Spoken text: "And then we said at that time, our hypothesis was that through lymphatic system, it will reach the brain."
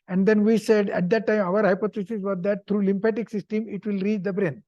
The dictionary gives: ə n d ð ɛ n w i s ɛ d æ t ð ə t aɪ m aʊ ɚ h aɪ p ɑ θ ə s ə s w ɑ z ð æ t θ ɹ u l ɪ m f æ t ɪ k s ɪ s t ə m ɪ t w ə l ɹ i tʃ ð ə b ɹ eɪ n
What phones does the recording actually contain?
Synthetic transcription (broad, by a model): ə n d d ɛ n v i s ɛ d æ t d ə t aɪ m aʊ ɚ h aɪ p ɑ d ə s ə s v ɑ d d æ t t ɹ u l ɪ m p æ t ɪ k s ɪ s t ə m ɪ t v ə l ɹ i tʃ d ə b ɹ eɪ n